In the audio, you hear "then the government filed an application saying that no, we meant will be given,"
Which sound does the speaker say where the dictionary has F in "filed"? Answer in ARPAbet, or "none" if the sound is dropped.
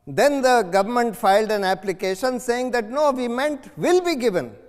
F